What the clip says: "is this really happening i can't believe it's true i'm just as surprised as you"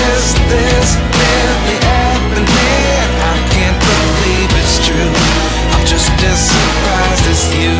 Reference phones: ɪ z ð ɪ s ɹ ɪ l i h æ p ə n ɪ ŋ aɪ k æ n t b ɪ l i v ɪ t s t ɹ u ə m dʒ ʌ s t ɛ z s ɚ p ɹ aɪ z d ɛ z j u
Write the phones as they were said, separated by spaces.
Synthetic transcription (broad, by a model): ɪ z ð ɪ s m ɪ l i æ ə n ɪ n aɪ k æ n b ɪ l i v ɪ t s t ɹ u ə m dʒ ʌ s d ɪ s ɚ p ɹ aɪ z ɪ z j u